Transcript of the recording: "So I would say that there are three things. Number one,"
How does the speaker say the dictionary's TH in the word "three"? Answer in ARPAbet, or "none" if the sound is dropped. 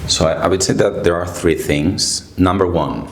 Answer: TH